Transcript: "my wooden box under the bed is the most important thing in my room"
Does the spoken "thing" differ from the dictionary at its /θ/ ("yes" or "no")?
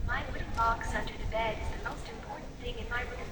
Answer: no